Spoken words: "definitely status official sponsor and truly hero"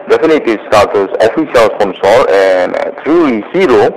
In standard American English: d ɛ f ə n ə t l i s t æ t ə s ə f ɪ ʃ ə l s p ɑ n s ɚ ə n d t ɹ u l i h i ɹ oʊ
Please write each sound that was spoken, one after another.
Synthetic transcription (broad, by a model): d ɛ f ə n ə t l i s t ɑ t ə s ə f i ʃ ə l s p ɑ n s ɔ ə n t ɹ u l i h i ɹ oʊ